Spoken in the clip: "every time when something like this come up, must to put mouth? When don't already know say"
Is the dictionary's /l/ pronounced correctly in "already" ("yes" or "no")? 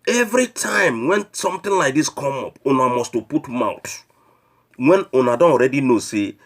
no